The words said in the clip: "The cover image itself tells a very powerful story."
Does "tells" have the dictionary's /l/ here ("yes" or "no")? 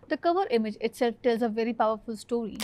yes